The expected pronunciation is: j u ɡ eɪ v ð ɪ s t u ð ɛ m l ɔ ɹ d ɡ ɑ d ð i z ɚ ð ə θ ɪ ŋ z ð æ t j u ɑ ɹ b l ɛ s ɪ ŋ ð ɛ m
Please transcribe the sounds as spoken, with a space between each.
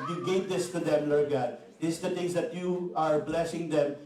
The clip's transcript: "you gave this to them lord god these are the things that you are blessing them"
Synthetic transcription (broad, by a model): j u ɡ eɪ v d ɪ s t u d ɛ m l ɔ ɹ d ɡ ɑ d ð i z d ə t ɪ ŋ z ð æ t j u ɑ ɹ b l ɛ s ɪ ŋ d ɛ m